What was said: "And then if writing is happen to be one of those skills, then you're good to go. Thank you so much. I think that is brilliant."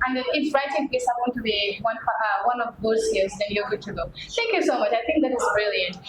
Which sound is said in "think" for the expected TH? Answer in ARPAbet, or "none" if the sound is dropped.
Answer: TH